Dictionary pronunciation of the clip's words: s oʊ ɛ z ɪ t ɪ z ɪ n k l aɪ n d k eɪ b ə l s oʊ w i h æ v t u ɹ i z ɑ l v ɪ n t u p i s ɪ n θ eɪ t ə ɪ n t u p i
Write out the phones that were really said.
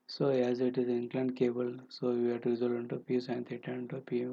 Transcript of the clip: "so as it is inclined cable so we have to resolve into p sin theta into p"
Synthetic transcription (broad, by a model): s oʊ ɛ z ɪ t ɪ z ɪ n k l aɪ n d k eɪ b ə l s oʊ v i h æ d t u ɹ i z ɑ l ɪ n t u p i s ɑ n t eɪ t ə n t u p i